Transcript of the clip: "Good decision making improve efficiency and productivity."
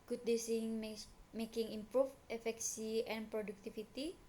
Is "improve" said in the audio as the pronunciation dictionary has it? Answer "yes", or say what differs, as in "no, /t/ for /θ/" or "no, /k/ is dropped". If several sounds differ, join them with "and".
no, /f/ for /v/